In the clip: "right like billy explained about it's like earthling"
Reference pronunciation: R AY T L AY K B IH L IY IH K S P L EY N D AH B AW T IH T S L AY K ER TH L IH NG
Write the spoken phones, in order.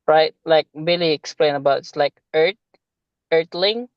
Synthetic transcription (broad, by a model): R AY T L AY K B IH L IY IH K S P L EY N AH B AW T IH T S L AY K ER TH L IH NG